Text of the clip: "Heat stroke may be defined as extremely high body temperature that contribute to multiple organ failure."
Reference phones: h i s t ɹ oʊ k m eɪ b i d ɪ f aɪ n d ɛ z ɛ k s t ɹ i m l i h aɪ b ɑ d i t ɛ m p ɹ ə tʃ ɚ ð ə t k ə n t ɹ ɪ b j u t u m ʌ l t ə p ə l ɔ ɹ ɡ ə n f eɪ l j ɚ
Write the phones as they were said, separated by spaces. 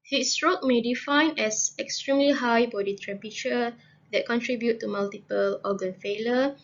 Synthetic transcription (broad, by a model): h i s t ɹ oʊ k m eɪ d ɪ f aɪ n ɛ s ɛ k s t ɹ i m l i h aɪ b ɑ d i t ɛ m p ə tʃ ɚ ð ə t k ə n t ɹ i b j u t u m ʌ l t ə p ə l ɔ ɡ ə n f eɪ l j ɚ